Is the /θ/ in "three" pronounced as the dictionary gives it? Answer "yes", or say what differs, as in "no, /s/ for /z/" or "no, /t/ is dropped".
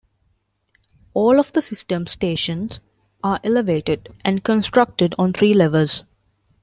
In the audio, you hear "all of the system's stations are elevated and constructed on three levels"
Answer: no, /t/ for /θ/